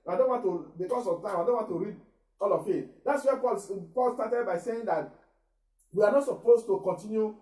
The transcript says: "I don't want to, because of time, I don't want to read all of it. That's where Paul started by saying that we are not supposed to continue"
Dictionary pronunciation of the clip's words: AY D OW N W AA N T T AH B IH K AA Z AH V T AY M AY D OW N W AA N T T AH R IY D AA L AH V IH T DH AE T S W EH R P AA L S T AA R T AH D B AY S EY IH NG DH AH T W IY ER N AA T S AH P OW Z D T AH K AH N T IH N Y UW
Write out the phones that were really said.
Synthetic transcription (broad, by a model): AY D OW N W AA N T T AH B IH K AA S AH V T AY M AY D OW N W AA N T T AH R IY D AA L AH F IH T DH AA T S W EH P P AA L S T AA T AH D B AY S EY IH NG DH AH T W IY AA N AA T S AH P OW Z T AH K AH N T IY N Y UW